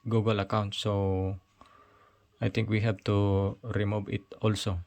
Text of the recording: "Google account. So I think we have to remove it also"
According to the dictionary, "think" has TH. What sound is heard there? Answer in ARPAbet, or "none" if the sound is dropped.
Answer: T